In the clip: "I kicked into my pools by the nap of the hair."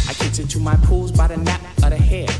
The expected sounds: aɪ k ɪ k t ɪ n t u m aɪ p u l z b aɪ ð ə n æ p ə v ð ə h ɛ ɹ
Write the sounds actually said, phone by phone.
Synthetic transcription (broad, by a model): aɪ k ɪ t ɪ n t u m aɪ p u l z b aɪ ð ə n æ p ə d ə h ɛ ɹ